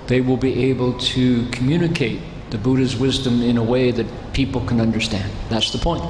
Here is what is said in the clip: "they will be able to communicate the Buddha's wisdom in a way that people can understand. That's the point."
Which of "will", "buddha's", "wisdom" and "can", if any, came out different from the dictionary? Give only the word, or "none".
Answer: none